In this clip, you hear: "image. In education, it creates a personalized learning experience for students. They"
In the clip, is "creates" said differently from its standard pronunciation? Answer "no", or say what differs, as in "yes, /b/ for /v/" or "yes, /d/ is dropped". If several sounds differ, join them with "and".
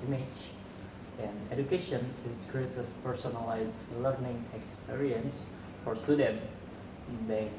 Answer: yes, /s/ is dropped